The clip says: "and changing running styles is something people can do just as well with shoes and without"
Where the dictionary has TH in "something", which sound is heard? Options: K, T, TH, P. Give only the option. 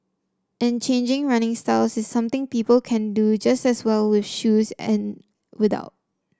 T